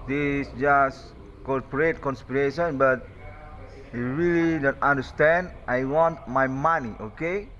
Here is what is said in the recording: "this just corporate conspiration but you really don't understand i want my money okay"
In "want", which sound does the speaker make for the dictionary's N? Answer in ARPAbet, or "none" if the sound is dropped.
N